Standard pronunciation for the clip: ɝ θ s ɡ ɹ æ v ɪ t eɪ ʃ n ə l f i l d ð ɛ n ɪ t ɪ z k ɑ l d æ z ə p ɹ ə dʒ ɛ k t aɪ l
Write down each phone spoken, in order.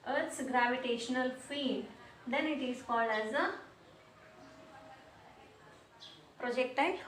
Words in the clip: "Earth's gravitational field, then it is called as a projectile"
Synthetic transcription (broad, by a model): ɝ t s ɡ ɹ æ v ɪ t eɪ ʃ n ə l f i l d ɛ n ɪ t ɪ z k ɑ l d æ z ə p ɹ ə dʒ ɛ k t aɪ